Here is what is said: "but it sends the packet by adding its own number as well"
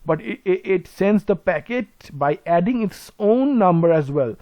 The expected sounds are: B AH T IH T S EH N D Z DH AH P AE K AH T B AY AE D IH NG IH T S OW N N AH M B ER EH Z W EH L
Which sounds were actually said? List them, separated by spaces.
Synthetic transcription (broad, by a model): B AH T IH T S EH N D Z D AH P AE K AH T B AY AE D IH NG IH T S OW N N AH M B ER EH Z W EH L